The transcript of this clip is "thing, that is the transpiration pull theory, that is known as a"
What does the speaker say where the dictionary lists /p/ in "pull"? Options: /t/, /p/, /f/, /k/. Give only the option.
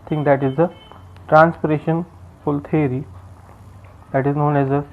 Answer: /f/